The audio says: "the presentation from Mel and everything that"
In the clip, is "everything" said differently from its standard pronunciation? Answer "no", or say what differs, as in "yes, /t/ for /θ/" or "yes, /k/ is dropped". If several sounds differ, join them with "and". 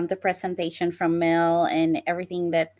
no